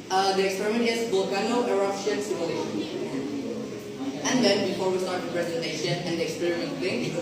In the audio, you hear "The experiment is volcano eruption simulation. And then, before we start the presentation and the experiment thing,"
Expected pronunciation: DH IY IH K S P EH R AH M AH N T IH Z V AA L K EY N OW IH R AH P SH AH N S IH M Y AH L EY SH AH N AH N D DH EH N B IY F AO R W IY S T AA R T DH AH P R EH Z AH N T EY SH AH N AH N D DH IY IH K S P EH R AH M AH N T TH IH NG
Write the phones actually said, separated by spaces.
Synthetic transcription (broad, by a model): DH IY IH K S P EH R AH M AH N T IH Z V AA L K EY N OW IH R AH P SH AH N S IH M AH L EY AH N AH N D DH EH N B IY F AO R W IY S T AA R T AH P R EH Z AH N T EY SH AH N AH N D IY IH K S P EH R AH AH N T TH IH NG